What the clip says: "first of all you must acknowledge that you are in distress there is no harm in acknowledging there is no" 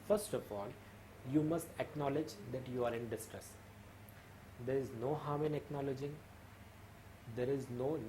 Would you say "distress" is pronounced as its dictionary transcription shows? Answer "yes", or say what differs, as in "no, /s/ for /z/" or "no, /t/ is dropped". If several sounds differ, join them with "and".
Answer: yes